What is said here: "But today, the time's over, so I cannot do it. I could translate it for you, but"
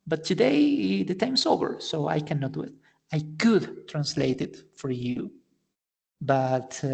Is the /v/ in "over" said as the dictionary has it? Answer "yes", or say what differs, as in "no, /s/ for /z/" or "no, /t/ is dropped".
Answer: no, /b/ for /v/